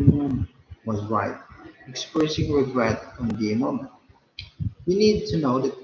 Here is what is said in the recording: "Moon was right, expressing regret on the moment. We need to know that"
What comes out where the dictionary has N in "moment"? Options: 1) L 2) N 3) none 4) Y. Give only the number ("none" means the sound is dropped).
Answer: 2